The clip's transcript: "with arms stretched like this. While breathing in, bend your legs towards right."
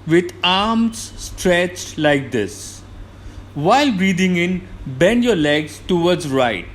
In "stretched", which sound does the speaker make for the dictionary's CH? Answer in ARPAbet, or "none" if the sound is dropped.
CH